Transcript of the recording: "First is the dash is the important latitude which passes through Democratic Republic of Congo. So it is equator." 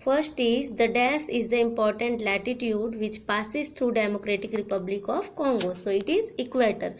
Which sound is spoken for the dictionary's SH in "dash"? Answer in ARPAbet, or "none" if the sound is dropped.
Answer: S